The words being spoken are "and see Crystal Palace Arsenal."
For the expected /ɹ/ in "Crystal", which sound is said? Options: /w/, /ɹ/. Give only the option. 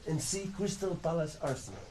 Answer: /w/